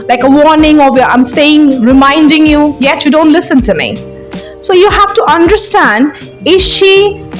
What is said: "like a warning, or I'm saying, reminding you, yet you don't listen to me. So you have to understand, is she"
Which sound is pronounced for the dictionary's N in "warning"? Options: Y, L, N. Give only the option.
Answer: N